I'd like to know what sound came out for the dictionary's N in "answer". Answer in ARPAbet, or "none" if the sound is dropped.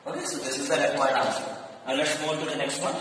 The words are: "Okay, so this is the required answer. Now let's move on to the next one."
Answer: none